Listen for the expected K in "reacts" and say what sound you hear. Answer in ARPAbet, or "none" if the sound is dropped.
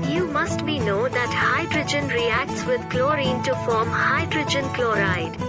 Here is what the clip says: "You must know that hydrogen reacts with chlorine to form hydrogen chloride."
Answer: K